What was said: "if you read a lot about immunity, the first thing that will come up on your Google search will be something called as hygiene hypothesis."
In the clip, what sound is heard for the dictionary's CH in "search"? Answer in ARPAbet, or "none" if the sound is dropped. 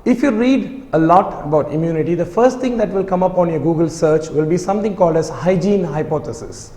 CH